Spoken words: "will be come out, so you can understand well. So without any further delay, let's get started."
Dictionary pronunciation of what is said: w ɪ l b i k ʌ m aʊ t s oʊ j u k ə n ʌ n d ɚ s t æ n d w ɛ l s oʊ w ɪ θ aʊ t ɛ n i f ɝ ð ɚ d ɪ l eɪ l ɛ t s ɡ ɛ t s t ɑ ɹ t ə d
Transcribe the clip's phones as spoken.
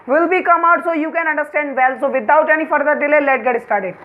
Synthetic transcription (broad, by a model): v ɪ l b i k ʌ m aʊ t s oʊ j u k ə n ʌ n d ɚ s t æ n d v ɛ l s oʊ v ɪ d aʊ t ɛ n i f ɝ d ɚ d ɪ l eɪ l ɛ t ɡ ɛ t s t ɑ ɹ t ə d